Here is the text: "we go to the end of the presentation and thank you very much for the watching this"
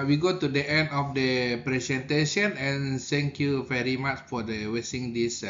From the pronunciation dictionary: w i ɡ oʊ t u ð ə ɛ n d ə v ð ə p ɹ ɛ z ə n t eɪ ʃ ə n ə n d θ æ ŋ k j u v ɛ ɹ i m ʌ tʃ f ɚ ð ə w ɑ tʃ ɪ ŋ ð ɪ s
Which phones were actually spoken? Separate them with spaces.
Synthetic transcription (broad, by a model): w i ɡ oʊ t u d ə ɛ n d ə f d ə p ɹ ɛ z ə n t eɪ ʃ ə n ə n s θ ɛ ŋ k j u v ɛ ɹ i m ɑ tʃ f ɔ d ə w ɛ s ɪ ŋ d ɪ s